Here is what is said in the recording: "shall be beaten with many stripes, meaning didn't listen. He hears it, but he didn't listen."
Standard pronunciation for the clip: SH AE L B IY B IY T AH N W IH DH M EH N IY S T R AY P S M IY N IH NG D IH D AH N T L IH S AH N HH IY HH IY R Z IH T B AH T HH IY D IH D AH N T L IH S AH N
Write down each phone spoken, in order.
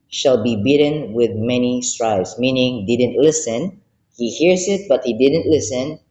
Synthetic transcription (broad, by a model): SH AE L B IY B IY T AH N W IH DH M EH N IY S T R AY B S M IY N IH NG D IH D AH N T L IH S AH N HH IY HH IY R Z IH T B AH T HH IY D IH D AH N T L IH S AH N